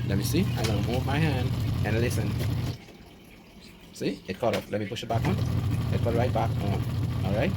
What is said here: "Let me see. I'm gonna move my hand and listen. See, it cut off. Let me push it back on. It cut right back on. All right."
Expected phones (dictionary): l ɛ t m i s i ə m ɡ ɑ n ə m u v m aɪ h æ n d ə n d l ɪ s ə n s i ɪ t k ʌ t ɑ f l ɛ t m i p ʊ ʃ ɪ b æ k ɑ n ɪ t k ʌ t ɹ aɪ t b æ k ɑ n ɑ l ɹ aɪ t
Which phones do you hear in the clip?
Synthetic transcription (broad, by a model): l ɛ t m i s i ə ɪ l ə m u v m aɪ h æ n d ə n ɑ l ɪ s ə n s i ɪ t k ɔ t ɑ p l ɛ t m i p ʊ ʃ ɪ b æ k ɑ n ɪ t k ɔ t ɹ aɪ t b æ k ɑ n ɑ l ɹ aɪ t